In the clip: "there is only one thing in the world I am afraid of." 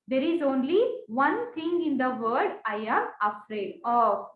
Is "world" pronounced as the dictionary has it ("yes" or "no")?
no